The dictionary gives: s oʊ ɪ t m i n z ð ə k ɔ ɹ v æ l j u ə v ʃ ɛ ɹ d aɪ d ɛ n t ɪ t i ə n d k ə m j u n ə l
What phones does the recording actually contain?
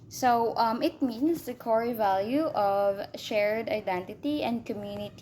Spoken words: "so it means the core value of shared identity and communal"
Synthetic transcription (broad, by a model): s oʊ ɪ t m i n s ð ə k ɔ ɹ v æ l j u ə v ʃ ɛ ɹ d aɪ d ɛ n t ɪ t i ə n d k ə m j u n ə